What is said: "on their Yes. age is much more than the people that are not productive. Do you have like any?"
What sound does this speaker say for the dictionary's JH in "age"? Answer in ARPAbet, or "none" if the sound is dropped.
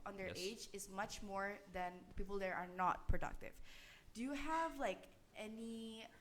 JH